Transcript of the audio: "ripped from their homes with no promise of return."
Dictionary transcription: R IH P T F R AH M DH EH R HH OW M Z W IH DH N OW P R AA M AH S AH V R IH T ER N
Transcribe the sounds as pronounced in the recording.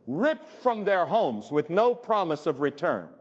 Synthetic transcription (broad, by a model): R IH P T F R AH M DH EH R HH OW M Z W IH DH N OW P R AA M AH S AH V R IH T ER N